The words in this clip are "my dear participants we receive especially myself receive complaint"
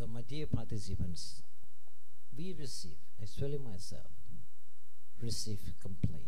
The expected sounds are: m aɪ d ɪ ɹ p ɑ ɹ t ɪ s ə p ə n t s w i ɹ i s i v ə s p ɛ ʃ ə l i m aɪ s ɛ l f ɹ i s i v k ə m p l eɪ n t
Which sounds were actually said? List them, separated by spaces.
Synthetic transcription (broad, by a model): m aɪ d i p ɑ t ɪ s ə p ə n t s w i ɹ i s i v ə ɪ s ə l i m aɪ s ɛ l f ɹ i s i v k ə m p l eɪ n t